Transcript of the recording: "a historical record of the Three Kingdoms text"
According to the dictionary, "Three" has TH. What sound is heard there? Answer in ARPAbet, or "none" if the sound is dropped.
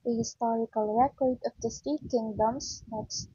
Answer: S